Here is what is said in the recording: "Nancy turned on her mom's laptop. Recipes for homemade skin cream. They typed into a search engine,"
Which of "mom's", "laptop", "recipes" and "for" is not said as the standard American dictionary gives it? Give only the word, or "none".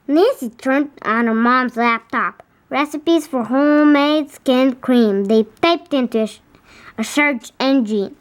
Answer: none